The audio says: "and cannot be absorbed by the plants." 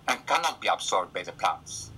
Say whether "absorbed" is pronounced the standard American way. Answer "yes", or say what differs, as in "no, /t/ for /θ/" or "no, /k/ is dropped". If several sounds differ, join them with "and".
no, /s/ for /z/